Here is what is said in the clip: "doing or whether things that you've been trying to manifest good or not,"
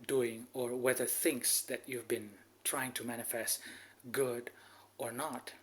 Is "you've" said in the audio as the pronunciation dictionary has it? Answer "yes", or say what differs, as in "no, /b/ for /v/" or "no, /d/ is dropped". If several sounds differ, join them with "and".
yes